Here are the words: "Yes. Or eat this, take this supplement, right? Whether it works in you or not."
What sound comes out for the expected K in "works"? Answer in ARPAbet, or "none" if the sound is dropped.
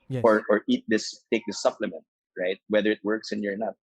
K